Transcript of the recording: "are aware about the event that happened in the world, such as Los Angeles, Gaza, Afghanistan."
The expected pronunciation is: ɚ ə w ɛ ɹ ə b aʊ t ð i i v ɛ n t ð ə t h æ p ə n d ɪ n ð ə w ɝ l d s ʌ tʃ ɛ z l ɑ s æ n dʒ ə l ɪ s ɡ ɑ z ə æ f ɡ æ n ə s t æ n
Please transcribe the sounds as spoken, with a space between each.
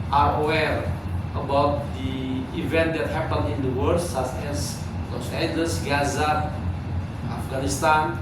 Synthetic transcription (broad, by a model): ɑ ə w ɛ ɹ ə b aʊ t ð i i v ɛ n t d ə t h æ p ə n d ɪ n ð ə w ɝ d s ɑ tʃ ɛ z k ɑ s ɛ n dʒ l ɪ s ɡ ɑ z ə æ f ɡ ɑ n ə s t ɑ n